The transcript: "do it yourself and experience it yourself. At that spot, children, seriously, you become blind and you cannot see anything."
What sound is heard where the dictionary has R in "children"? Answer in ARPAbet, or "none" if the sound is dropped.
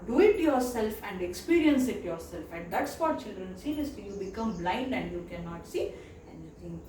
R